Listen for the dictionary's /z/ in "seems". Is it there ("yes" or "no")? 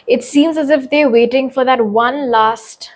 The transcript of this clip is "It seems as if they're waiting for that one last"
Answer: yes